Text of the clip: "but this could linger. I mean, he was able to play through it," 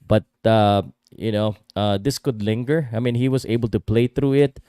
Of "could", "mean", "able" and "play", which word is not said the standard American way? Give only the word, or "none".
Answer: none